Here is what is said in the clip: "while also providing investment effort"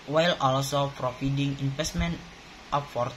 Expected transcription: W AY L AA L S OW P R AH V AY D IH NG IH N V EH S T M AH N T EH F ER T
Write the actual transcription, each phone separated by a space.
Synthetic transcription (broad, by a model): W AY L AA L S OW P R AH F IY D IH NG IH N F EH S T M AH N T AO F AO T